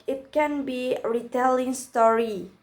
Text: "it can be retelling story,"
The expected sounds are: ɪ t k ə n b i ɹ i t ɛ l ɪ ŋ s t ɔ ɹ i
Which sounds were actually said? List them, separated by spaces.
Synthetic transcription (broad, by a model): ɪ t k ə n b i ɹ i t ɛ l ɪ ŋ s t ɔ ɹ i